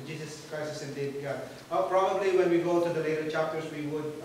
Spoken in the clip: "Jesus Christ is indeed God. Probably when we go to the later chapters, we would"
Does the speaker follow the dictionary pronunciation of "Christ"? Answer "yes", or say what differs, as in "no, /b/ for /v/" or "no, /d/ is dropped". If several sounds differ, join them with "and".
no, /t/ is dropped